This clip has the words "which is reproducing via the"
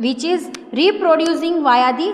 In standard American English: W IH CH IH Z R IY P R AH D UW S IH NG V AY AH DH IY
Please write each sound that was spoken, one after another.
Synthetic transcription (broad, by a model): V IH CH IH Z R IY P R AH D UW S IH NG V AY AH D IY